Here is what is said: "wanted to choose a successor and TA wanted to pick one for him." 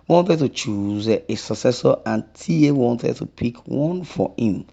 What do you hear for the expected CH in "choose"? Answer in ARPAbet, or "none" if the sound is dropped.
CH